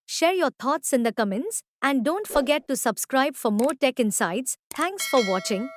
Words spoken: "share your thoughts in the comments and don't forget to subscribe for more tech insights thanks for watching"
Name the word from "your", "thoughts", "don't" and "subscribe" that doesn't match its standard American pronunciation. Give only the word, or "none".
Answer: thoughts